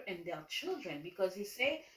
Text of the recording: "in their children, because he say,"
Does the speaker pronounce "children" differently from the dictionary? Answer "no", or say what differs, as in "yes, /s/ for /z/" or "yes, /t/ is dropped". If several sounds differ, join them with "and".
no